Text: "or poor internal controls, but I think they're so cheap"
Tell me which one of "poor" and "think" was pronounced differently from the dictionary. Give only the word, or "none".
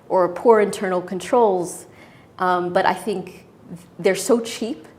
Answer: none